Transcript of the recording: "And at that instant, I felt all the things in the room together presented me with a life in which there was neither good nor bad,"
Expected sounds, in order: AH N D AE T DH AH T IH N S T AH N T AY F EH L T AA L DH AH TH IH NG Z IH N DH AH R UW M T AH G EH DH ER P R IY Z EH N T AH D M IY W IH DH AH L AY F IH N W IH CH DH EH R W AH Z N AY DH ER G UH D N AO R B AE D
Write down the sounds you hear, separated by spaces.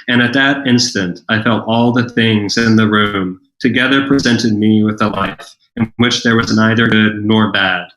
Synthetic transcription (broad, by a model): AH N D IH T DH AH T IH N S T AH N T AY F EH L T AA L DH AH TH IH NG Z IH N DH AH R UW M T AH G EH DH ER P R IY Z EH N T AH D M IY W IH DH AH L AY F IH N W IH CH DH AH R W AH Z N AY DH ER G UH D N AO R B AE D